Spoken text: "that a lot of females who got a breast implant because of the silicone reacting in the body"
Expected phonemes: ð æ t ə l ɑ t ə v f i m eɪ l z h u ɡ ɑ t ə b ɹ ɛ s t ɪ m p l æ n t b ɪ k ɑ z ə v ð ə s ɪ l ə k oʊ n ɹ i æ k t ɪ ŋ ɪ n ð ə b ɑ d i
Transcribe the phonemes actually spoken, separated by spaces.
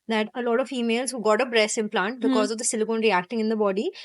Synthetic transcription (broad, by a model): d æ t ə l ɑ t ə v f i m eɪ l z h u ɡ ɑ t ə b ɹ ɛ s ɪ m p l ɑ n t b ɪ k ɑ z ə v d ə s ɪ l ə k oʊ n ɹ i æ k t ɪ ŋ ɪ n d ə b ɑ d i